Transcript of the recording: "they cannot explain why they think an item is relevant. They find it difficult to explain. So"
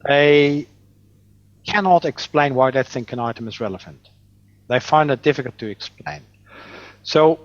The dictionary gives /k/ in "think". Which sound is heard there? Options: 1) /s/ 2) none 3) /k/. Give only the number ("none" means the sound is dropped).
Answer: 3